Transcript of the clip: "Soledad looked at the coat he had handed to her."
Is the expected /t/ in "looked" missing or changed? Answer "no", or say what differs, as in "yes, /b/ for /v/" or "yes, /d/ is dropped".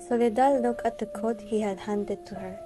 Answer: yes, /t/ is dropped